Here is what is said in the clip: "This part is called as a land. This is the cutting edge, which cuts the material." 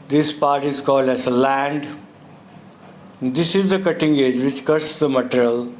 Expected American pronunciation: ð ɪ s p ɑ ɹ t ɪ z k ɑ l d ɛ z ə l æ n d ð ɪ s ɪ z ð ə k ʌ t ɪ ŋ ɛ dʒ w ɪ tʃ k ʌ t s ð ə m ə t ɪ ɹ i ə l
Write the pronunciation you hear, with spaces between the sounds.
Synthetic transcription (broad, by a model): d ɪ s p ɑ ɹ t ɪ z k ɑ l d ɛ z ə l æ n d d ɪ s ɪ z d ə k ʌ t ɪ ŋ ɛ dʒ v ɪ tʃ k ʌ t s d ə m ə t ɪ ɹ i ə l